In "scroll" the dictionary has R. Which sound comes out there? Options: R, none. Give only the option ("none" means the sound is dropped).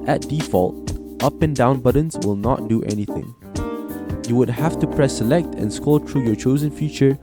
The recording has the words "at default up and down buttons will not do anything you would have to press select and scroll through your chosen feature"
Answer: none